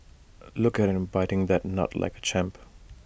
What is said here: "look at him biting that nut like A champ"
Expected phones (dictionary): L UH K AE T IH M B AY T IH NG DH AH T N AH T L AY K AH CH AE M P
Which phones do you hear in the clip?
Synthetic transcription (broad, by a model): L UH K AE T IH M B AY T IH NG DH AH T N AH T L AY K AH CH AE M P